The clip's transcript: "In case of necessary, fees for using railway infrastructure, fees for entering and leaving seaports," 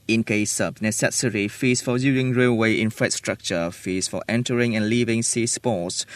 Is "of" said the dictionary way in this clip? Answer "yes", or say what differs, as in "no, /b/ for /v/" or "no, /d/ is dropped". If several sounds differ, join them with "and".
no, /b/ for /v/